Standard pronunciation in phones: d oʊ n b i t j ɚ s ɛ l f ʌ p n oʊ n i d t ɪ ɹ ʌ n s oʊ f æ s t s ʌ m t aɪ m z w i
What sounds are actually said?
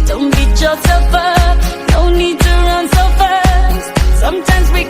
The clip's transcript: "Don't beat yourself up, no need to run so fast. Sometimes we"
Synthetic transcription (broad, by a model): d oʊ n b i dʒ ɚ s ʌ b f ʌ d oʊ n i d t ɪ ɹ ʌ n s oʊ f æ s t s ʌ m t aɪ m z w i